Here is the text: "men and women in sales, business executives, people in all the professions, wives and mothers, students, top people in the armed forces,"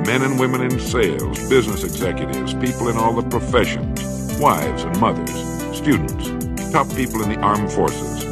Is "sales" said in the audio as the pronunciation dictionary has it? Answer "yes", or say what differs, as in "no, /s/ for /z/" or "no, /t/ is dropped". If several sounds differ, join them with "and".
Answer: yes